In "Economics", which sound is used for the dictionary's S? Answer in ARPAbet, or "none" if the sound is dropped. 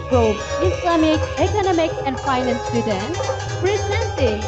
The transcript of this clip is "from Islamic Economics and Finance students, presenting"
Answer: none